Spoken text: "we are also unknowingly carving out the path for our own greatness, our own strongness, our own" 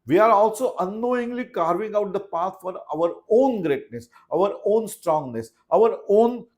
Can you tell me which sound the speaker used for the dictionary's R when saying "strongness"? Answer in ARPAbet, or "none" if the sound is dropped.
R